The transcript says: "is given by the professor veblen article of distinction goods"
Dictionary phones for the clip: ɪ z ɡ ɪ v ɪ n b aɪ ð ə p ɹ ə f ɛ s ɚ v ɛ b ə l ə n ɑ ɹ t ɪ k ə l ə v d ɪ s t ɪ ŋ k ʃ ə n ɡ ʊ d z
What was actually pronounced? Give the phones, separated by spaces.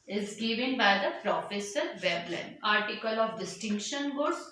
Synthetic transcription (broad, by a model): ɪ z ɡ ɪ v ɪ n b aɪ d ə p ɹ ə f ɛ s ɚ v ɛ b l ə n ɑ ɹ t ɪ k ə l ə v d ɪ s t ɪ ŋ k ʃ ə n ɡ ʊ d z